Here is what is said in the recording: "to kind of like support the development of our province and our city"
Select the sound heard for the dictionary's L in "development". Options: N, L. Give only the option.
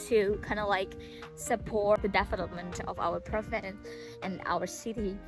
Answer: N